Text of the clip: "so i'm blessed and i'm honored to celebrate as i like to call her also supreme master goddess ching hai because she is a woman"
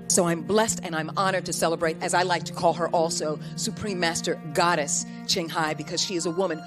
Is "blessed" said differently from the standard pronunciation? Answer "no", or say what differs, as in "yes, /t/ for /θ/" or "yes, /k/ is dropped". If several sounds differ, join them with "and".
no